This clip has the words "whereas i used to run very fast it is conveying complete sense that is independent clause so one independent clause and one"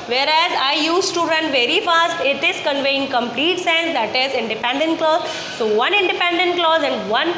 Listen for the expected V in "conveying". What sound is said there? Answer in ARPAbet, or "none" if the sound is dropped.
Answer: V